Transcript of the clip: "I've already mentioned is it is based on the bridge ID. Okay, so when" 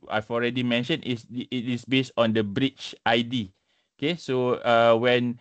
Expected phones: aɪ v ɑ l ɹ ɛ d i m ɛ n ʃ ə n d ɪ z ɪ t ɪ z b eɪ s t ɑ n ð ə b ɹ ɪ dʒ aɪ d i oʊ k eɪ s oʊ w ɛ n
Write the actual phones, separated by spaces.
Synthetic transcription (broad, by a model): aɪ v ɑ l ɹ ɛ d i m ɛ n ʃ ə n ɪ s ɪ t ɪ s b eɪ s t ɑ n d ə b ɹ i tʃ aɪ d i oʊ k eɪ s oʊ w ɛ n